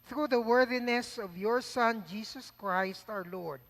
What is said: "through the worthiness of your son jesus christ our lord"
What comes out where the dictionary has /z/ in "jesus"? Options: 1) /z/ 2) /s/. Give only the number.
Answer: 2